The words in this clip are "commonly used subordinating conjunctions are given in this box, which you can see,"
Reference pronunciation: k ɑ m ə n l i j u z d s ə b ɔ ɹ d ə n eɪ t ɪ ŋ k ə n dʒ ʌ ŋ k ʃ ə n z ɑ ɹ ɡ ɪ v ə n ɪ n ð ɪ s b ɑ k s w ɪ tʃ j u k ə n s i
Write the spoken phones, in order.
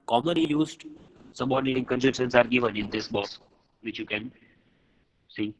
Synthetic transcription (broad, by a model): k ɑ m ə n l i j u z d s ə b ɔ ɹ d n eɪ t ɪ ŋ k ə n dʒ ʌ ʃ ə n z ɑ ɹ ɡ ɪ v ə n ɪ n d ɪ s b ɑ s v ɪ tʃ j u k ə n s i